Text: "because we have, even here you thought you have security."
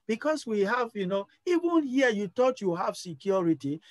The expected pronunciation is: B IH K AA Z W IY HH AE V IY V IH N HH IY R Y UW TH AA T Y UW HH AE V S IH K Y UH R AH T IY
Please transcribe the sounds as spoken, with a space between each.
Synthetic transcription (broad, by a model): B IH K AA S W IY HH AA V IY V IH N HH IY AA Y UW T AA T Y UW HH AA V S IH K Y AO R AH T IY